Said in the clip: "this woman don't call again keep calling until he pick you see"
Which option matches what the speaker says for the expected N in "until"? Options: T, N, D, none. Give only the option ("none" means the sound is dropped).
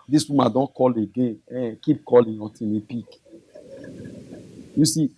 none